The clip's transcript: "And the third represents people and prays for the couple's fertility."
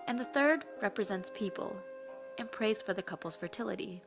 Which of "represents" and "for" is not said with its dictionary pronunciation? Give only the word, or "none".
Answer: none